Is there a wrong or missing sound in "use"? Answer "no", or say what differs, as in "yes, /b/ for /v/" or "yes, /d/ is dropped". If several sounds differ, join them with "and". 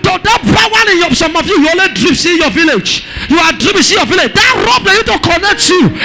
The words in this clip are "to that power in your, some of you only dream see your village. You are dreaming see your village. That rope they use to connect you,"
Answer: yes, /s/ is dropped